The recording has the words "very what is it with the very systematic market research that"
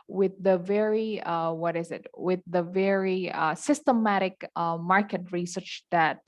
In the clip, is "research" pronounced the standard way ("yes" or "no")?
yes